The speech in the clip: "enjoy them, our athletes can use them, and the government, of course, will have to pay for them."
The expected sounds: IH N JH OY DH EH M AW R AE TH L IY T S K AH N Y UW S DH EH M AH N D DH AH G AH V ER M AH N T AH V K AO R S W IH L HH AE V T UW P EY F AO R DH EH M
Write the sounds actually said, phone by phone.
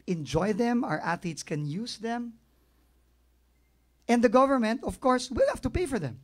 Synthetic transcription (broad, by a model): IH N JH OY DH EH M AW R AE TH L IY T S K AH N Y UW S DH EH M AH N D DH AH G AH V ER M AH N T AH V K AO R S W IH L HH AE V T UW P EY F AO R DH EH M